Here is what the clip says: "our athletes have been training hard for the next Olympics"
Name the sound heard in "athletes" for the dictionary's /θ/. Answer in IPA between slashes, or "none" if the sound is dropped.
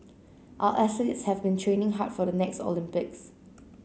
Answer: /s/